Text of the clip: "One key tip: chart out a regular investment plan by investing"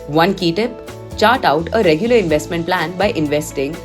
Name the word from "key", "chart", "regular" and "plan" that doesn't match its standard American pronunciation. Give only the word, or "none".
none